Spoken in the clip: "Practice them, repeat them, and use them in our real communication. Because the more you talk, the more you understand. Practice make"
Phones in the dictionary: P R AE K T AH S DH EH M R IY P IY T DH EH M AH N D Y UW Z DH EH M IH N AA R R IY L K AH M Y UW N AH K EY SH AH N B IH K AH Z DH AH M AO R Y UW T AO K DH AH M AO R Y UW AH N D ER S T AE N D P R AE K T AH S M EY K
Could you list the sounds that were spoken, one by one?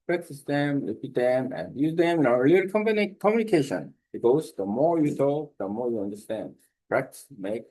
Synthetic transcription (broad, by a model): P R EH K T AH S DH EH M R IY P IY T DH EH M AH N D Y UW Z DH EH M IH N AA L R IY N K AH M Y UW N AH K EY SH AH N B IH AH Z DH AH M AO R Y UW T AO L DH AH M AO R Y UW AH N D ER S T AE N D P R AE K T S M EY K